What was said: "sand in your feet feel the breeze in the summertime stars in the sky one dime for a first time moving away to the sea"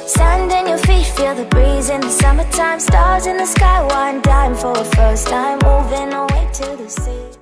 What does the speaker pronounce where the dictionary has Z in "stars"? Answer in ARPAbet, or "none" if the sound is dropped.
Z